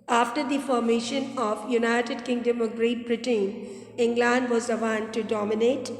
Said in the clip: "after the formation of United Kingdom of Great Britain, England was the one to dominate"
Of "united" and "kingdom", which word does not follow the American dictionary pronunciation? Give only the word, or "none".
none